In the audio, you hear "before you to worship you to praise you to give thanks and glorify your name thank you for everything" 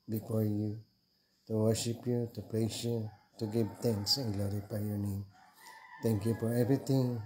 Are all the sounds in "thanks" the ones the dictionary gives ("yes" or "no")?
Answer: no